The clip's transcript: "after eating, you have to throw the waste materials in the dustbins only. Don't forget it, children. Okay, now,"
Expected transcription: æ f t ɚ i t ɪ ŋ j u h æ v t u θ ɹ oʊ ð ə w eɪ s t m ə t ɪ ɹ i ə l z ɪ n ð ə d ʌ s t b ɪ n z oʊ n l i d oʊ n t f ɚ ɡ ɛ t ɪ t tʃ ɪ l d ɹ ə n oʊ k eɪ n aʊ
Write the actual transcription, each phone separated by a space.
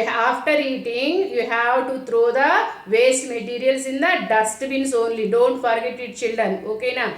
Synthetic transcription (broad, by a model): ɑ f t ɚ i t ɪ ŋ j u h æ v t u t ɹ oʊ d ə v eɪ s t m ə t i ɹ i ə l s ɪ n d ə d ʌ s t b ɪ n s oʊ n l i d oʊ n t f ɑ ɡ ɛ t ɪ t tʃ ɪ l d ɹ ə n oʊ k eɪ n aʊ